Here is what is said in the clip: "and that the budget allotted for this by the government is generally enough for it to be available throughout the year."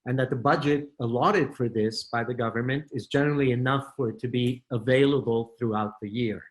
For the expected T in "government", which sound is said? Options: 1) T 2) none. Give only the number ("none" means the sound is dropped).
1